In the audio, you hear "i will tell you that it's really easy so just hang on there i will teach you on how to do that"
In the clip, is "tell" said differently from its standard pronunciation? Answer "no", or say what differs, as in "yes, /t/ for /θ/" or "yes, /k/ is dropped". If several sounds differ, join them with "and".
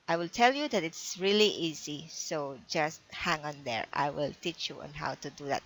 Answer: no